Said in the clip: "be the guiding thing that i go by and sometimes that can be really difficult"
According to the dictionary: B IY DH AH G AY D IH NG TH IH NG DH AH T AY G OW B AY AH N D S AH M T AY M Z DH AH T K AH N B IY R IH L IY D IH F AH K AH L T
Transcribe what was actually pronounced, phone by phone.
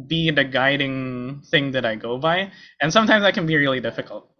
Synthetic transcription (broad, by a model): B IY DH AH G AY D IH NG TH IH NG DH AH T AY G OW B AY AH N S AH M T AY M Z DH AH T K AH N B IY R IH L IY D IH F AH K L T